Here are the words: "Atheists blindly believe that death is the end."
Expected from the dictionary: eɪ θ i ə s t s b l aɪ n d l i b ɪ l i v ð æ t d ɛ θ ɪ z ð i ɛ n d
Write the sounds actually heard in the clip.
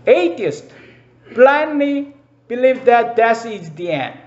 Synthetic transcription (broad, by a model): eɪ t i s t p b l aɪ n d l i b ɪ l i v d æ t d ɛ s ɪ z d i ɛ n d